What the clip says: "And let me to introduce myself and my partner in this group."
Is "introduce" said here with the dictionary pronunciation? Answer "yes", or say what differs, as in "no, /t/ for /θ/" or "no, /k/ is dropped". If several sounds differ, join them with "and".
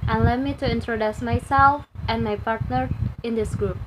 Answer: yes